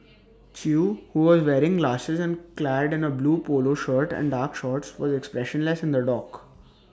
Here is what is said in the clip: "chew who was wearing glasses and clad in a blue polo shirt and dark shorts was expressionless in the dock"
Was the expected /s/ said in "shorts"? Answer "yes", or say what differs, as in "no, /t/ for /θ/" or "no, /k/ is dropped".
yes